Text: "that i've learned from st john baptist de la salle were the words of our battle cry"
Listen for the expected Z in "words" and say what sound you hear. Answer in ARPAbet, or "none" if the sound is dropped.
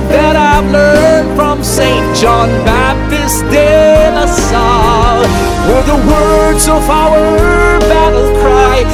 Z